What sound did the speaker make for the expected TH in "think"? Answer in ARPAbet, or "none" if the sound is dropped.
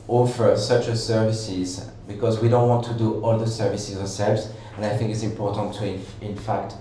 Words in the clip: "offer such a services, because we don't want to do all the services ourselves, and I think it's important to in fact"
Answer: TH